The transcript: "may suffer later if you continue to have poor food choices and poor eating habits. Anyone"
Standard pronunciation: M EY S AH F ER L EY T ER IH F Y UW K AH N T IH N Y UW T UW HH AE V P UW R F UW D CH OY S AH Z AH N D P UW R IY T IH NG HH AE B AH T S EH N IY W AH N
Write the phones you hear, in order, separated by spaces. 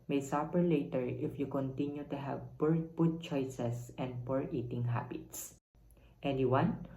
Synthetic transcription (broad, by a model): M EY S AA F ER L EY T ER IH F Y UW K AH N T IH N Y UW T UW HH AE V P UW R P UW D CH OY S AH S AH N D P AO R IY T IH NG HH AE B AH T S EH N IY W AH N